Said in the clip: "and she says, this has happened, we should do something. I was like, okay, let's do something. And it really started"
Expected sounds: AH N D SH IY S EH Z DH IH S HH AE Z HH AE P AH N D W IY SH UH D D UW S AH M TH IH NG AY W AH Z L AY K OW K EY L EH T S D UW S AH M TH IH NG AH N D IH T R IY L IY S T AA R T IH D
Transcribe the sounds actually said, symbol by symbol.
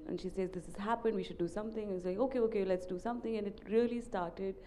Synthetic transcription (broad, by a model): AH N SH IY S EH Z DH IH S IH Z HH AE P AH N D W IY SH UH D D UW S AH M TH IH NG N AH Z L AY K OW K EY L EH T S D UW S AH M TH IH NG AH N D IH T R IY L IY S T AA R T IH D